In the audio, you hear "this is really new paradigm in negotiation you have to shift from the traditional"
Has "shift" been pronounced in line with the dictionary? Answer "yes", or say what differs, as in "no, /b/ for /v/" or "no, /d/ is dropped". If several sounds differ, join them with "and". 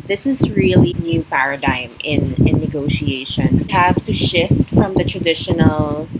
yes